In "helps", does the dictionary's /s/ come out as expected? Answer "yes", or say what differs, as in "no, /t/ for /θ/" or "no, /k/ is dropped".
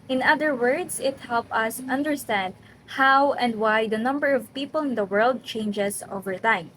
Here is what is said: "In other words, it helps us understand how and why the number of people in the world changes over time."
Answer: no, /s/ is dropped